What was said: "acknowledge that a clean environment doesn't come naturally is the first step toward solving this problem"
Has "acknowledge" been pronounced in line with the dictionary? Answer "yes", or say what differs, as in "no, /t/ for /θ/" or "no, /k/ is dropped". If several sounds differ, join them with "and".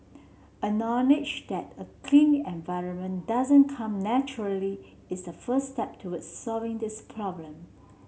no, /k/ is dropped